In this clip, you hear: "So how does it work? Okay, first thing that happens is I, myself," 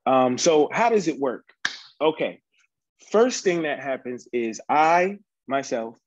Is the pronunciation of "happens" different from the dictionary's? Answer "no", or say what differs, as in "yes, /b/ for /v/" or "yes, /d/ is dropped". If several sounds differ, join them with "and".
no